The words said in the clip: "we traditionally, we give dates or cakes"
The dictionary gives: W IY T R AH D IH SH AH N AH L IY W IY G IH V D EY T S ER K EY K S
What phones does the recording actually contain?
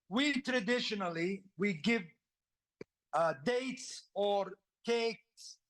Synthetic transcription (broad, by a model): W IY T R AH D IH SH AH N AH L IY W IY G IH V D EY T S ER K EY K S